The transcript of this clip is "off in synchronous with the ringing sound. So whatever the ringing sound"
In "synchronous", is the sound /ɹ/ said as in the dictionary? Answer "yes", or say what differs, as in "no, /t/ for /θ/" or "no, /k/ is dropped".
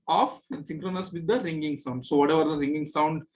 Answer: yes